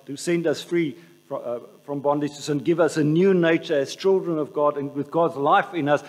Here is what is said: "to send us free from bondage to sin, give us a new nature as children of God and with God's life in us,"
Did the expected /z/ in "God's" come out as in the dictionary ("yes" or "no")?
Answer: yes